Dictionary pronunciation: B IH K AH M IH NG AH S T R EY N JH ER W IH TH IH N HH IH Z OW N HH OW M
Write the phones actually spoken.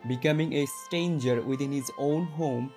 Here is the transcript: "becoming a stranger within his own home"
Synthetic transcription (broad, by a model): B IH K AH M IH NG AH S T EY N JH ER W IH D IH N HH IH Z OW N HH OW M